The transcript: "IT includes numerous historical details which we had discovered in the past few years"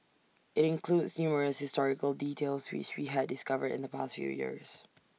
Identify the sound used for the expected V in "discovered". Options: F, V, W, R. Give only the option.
V